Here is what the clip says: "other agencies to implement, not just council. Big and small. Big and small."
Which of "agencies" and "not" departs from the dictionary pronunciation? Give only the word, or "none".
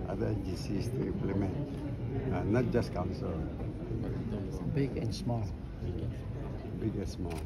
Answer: agencies